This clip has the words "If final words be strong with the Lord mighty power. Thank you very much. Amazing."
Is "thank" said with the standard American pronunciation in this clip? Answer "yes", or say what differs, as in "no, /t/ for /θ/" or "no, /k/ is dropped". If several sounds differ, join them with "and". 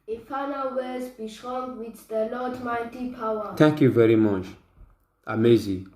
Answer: no, /t/ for /θ/